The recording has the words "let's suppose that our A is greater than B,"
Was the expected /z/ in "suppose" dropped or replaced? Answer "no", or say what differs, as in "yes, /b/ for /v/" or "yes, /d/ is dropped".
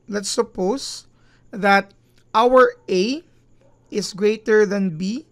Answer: yes, /s/ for /z/